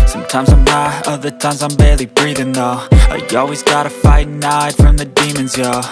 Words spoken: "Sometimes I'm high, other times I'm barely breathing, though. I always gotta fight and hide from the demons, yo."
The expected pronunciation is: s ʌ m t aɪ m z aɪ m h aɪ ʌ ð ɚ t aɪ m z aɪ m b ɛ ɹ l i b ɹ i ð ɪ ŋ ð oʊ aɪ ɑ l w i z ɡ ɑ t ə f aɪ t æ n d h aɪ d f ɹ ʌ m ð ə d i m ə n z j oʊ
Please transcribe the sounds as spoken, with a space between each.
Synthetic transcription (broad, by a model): s ʌ m t aɪ m z aɪ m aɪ ʌ ð ɚ t aɪ m z aɪ m b ɛ ɹ l i b ɹ i ð ɪ ŋ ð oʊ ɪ ɑ l w i z ɡ ɑ t ə f aɪ t n aɪ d f ɹ ʌ m ð ə d i m ə n z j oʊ